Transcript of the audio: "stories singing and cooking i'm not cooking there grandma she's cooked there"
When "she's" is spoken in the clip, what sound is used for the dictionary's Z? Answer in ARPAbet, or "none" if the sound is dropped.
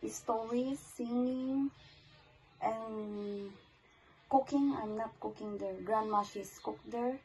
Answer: S